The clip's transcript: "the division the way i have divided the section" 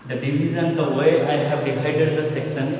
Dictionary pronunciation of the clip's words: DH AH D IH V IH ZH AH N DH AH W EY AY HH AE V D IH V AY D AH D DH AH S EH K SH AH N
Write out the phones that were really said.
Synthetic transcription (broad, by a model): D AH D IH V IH Z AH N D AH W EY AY HH AE V D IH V AY D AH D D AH S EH K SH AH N